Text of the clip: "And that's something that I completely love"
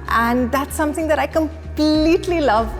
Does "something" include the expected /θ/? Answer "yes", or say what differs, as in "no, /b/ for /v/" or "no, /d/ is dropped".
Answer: yes